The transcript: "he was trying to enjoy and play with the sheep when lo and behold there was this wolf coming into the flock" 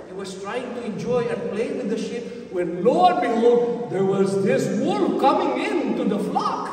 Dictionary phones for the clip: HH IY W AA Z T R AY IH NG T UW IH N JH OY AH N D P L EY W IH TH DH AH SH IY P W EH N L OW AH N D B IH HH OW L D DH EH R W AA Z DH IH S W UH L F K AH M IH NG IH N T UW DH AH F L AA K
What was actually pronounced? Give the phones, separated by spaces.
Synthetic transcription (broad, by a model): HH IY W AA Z T R AY IH NG T UW IH N JH OY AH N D P L EY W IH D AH SH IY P W EH N L OW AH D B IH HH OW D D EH R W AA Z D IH S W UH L K AH M IH NG IH N T UW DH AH F L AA K